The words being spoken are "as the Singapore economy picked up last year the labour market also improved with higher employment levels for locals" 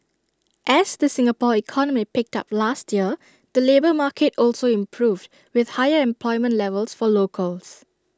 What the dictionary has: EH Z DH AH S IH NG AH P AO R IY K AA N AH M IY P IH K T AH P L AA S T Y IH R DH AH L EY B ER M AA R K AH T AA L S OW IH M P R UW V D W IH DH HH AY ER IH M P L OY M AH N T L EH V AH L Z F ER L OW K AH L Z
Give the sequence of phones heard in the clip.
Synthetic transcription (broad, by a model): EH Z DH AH S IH NG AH P AO IY K AA N AH M IY P IH K T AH P L AA S T Y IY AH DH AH L EY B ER M AA K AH T AA L S OW IH M P R UW V D W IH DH HH AY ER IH M P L OY M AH N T L EH V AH L S F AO L OW K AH L S